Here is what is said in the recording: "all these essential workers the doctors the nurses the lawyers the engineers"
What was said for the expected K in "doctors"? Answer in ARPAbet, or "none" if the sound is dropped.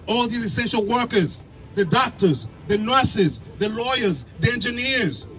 K